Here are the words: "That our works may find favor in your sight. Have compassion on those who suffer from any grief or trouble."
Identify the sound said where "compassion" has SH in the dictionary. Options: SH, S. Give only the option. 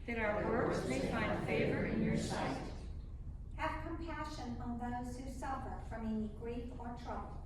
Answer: SH